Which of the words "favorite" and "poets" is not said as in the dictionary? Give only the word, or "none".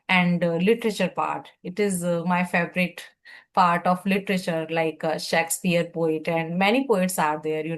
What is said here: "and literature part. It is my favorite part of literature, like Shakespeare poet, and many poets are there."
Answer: favorite